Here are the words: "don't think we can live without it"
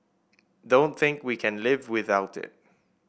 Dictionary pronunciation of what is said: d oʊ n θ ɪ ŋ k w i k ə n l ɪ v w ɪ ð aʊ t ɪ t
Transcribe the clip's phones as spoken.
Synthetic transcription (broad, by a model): d oʊ n θ ɪ ŋ k w i k ə n l ɪ v w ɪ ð aʊ t ɪ t